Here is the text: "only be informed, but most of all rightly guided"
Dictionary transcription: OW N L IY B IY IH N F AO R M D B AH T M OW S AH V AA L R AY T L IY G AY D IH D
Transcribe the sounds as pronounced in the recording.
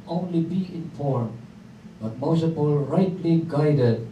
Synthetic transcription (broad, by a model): OW N L IY B IY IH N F AO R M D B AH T M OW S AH P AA L R AY T L IY G AY D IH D